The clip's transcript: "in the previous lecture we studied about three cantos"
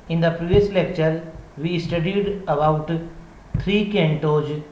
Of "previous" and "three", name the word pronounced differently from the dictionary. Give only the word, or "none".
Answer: three